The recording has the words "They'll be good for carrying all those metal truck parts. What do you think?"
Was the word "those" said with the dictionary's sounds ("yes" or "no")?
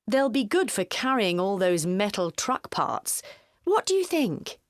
yes